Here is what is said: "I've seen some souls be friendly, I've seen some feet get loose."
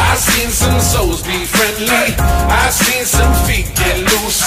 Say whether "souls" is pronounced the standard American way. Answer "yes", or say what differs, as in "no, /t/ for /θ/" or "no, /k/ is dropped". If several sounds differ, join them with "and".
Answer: no, /l/ is dropped